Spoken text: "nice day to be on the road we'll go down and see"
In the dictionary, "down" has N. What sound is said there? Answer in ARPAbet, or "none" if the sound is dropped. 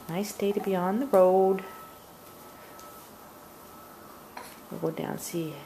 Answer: none